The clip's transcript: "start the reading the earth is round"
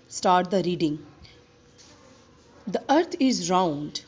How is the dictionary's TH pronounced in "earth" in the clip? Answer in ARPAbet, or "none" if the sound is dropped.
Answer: T